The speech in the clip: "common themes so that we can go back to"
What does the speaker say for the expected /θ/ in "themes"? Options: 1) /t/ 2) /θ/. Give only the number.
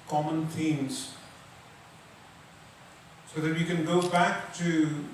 1